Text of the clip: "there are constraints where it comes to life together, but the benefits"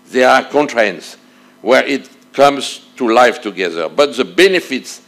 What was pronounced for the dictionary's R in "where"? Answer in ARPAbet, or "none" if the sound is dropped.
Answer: R